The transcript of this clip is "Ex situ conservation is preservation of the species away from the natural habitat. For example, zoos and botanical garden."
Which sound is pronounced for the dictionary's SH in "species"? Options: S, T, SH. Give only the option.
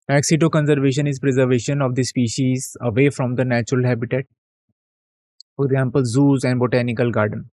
SH